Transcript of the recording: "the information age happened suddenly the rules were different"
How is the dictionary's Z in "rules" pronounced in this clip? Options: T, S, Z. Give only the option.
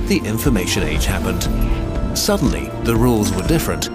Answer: Z